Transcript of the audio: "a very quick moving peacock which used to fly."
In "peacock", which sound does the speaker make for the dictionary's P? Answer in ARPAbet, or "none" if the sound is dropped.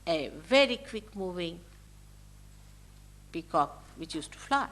B